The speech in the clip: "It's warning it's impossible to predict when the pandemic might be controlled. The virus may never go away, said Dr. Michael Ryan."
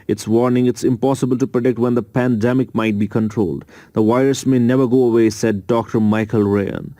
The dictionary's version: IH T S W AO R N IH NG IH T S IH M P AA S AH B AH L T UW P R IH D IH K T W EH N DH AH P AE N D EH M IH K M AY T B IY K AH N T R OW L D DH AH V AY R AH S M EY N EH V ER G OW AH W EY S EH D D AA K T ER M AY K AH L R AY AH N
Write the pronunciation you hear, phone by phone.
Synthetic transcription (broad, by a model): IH T S W AO R N IH NG IH T S IH M P AA S AH B AH L T UW P R IH D IH K T W EH N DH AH P AE N D EH M IH K M AY T B IY K AH N T R OW L D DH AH W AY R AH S M EY N EH V ER G OW AH W EY S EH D D AA K T ER M AY K AH L R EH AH N